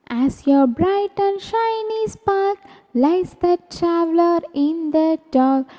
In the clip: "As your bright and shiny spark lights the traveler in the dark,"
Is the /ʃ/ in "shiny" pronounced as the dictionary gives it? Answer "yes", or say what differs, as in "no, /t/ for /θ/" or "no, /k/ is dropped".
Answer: yes